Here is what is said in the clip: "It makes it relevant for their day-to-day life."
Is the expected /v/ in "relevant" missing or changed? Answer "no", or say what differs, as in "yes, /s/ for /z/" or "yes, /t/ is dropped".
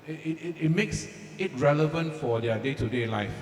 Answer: no